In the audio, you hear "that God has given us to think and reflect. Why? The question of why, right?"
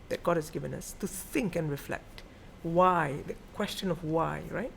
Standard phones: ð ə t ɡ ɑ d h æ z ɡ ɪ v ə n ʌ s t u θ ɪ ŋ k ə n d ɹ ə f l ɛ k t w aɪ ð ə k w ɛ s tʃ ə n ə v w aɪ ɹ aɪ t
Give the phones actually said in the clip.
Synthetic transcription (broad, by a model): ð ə t ɡ ɑ d h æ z ɡ ɪ v ə n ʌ s t u θ ɪ ŋ k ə n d ɹ ə f l ɛ k t w aɪ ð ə k w ɛ s tʃ ə n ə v w aɪ ɹ aɪ t